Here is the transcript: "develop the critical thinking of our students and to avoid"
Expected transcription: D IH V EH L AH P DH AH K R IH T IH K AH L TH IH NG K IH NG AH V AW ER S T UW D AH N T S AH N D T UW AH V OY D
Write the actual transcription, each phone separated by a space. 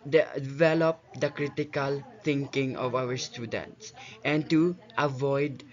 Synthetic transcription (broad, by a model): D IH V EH L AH P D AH K R IH T IH K AH L T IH NG K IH NG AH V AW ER S T UW D AH N T S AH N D T UW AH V OY D